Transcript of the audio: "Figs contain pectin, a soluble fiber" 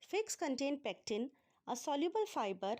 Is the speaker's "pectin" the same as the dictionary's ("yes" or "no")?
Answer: yes